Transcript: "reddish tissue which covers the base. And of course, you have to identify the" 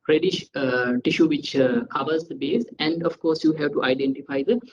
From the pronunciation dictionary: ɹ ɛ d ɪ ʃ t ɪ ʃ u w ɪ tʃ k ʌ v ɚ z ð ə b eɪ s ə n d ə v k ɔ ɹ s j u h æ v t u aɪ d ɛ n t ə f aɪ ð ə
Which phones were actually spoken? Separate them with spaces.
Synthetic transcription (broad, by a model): ɹ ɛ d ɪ ʃ t ɪ ʃ u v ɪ tʃ k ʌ v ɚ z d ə b eɪ s ə n d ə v k ɔ ɹ s j u h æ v t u aɪ d ɛ n t ə f aɪ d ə